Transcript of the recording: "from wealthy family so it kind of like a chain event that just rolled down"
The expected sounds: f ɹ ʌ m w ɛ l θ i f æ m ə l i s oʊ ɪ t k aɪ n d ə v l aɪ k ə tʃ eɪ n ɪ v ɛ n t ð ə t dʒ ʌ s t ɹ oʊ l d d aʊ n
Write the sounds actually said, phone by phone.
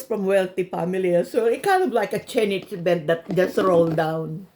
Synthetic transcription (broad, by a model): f ɹ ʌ m w ɛ l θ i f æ m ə l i s oʊ ɪ t k aɪ n d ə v l aɪ k ə tʃ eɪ n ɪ b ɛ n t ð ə t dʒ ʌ s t ɹ oʊ l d d aʊ n